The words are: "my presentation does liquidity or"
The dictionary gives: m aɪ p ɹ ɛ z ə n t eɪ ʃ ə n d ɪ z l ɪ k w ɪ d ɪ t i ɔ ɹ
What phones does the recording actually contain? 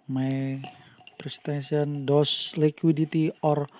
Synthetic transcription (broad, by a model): m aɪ p ɹ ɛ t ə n s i ə n d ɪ s l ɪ k w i d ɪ t i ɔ ɹ